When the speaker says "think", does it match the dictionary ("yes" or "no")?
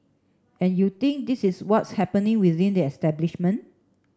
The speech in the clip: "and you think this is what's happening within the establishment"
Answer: no